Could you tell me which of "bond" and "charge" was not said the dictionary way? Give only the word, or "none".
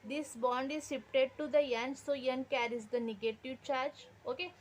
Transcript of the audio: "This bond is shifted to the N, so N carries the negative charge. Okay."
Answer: none